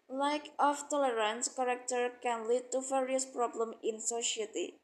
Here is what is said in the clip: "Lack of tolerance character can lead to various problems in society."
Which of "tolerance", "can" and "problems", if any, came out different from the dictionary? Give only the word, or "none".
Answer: problems